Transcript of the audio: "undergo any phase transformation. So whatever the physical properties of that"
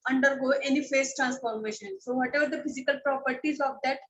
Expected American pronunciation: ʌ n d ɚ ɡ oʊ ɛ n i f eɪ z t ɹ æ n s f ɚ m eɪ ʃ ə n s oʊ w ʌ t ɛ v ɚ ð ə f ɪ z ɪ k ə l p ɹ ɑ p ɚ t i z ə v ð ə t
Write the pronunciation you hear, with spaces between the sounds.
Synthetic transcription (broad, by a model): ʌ n d ɚ ɡ oʊ ɛ n i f eɪ s t ɹ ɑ n s f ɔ m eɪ ʃ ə n s oʊ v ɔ t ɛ v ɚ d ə f ɪ z ɪ k ə l p ɹ ɑ p ɚ t i z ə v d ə t